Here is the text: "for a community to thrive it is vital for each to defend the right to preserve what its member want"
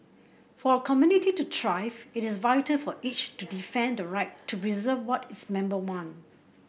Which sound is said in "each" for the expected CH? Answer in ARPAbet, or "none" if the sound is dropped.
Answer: CH